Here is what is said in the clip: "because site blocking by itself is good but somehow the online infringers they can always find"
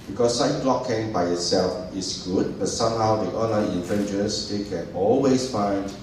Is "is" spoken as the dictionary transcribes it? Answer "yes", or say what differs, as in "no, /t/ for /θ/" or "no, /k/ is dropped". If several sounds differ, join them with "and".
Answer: no, /s/ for /z/